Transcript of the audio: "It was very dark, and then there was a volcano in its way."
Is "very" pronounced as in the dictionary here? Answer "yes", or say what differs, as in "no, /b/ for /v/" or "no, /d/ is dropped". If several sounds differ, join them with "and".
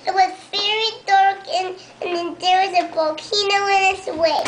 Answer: yes